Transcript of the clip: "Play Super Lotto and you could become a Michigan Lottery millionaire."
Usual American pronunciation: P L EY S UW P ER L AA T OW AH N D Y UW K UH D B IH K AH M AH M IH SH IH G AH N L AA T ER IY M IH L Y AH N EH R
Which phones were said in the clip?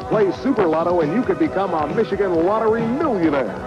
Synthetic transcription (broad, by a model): P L EY S UW P ER L AA T OW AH N Y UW K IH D B IH K AH M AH M IH SH IH G AH N W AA T ER IY M IH L Y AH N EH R